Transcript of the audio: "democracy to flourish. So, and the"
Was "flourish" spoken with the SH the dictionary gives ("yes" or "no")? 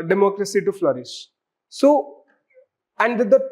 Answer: no